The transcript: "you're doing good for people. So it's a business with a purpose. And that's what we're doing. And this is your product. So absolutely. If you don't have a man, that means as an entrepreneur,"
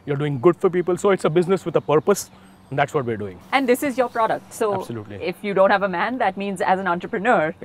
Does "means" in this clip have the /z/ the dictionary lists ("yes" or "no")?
yes